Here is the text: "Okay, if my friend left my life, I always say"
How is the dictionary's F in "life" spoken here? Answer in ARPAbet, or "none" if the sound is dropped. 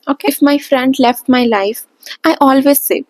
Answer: F